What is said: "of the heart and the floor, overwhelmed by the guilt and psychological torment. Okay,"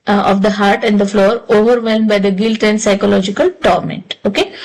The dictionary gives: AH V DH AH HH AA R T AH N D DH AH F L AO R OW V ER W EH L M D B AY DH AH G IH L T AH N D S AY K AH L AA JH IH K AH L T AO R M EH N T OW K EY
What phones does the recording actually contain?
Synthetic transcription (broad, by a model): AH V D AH HH AA R T AH N D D AH F L AO R OW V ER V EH L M B AY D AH G IH L T AH N D S AY K AH L AA JH IH K AH L T AO R M EH N T OW K EY